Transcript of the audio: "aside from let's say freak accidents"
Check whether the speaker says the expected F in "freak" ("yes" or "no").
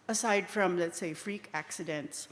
yes